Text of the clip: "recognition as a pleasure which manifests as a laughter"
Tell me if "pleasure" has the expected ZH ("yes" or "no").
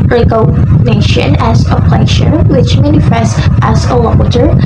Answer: no